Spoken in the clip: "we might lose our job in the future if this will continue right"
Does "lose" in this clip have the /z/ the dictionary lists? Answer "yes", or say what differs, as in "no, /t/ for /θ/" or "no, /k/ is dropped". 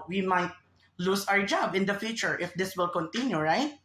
no, /s/ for /z/